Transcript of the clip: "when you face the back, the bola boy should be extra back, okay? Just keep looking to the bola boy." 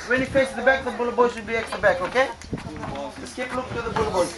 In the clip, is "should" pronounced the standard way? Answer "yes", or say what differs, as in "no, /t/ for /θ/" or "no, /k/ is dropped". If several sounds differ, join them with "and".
no, /s/ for /ʃ/